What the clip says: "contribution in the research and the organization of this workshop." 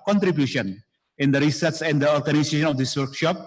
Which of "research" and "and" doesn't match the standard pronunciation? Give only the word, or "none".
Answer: research